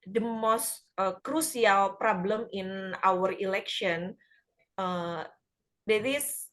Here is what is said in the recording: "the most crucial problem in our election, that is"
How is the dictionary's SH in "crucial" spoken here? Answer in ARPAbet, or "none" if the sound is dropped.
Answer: S